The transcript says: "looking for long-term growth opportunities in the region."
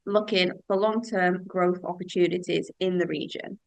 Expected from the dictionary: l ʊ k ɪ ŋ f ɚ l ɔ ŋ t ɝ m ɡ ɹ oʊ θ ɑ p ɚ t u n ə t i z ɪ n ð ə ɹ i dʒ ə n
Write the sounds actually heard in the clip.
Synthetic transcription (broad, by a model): l ʊ k ɪ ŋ f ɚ l ɔ ŋ t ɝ m ɡ ɹ oʊ θ ɑ p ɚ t u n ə t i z ɪ n ð ə ɹ i dʒ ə n